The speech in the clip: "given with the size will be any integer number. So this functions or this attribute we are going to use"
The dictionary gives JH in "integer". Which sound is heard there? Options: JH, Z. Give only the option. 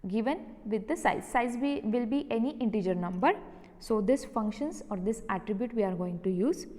JH